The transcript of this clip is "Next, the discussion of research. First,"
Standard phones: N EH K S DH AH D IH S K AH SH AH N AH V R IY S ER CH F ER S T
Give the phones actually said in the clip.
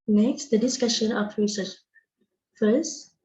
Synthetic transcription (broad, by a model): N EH K S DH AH D IH S K AH SH AH N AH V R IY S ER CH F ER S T